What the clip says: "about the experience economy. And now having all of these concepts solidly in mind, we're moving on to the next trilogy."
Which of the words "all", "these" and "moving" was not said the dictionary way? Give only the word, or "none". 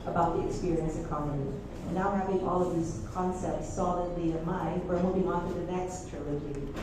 moving